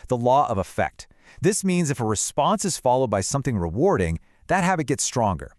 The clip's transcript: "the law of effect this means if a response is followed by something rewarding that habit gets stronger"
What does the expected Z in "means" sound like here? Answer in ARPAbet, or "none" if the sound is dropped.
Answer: Z